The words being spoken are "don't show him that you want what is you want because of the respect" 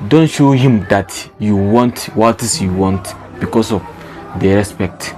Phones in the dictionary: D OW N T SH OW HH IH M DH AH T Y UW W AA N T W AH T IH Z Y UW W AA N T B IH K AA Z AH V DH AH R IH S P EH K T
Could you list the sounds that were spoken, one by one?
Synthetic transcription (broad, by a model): D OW N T SH OW HH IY M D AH T Y UW W AA N T W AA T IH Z Y UW W AA N T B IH K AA S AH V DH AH R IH S P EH K T